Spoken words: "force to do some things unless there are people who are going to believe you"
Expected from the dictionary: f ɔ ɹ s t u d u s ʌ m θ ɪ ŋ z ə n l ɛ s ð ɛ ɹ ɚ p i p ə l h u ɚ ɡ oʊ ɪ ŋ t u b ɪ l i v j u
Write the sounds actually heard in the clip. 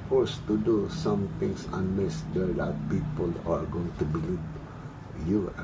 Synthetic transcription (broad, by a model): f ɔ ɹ s t u d u s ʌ m t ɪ ŋ s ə n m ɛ s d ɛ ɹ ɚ p i p ə l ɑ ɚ ɡ oʊ ɪ ŋ t u b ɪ l i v j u